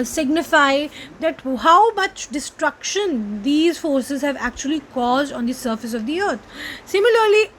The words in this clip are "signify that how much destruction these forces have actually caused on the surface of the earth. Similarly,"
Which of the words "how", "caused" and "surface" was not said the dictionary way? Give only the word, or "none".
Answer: none